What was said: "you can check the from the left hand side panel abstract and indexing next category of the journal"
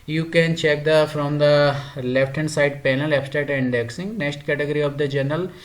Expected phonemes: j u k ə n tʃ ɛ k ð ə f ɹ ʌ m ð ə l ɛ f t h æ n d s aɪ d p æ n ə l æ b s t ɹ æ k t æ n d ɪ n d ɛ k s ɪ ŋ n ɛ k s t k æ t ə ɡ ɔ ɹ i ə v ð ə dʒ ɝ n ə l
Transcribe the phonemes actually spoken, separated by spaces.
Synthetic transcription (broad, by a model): j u k ə n tʃ ɛ k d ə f ɹ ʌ m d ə l ɛ f t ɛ n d s aɪ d p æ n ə l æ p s t ɛ t ɪ n d ɛ k s ɪ ŋ n ɛ k s t k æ t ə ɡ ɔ ɹ i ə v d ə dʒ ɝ n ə l